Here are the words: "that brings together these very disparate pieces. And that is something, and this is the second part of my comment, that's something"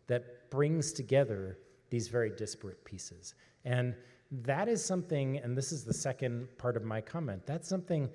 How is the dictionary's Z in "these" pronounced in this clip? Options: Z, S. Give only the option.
Z